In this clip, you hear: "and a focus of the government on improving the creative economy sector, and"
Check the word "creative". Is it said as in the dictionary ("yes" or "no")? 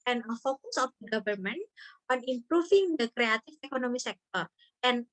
no